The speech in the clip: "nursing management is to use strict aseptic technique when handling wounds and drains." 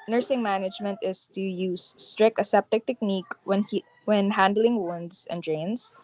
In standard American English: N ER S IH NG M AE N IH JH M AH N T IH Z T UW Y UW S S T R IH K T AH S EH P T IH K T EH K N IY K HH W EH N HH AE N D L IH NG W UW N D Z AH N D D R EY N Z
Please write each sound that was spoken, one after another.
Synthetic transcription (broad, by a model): N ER S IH NG M AE N IH JH M AH N T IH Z T UW Y UW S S T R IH K AH S EH P T IH K T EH K N IY K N W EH N HH AE N D L IH NG W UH N D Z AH N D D R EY N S